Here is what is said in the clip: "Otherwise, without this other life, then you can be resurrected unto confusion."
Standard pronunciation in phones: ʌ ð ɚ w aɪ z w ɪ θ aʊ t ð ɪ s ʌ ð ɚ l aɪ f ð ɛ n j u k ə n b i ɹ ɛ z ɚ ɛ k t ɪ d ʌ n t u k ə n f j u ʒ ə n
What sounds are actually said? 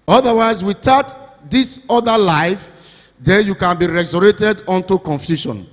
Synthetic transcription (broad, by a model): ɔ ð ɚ w aɪ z w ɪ t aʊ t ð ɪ s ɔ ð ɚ l aɪ f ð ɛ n j u k ə n b i ɹ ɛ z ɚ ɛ t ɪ d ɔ n t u k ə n f j u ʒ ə n